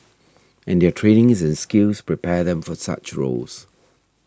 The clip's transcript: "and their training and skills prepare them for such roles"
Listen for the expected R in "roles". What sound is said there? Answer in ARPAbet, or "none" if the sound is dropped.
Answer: R